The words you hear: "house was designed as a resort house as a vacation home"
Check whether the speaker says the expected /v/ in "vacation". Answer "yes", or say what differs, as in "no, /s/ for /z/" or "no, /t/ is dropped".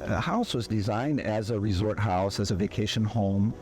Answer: yes